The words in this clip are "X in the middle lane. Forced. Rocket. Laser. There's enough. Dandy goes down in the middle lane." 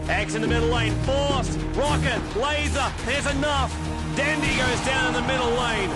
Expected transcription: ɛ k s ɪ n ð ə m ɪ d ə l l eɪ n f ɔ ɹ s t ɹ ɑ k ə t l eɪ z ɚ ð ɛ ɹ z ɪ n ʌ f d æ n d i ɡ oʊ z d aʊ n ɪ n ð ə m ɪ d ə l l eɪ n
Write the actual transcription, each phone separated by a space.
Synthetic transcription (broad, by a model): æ k s ɪ n ð ə m ɪ d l l eɪ n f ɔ ɹ s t ɹ ɑ k ə t l eɪ z ɚ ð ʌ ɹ z ɪ n ʌ f d æ n d i ɡ oʊ z d aʊ n ɪ n ð ə m ɪ d l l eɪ n